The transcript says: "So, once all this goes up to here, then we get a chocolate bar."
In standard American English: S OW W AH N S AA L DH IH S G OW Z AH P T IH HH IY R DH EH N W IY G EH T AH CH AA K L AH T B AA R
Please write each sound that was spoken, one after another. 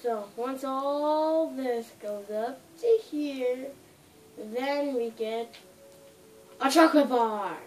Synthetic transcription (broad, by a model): S OW W AH N S AA L DH IH S G OW Z AH P T IH HH IY R DH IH N W IY G EH T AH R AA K AH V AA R